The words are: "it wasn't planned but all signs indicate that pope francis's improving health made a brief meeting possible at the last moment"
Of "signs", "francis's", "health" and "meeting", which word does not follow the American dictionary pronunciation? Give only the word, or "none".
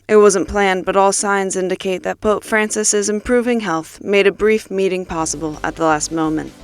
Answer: none